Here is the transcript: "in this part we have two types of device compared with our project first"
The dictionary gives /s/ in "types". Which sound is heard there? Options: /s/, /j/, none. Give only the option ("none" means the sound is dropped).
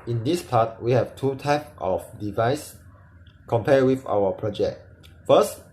none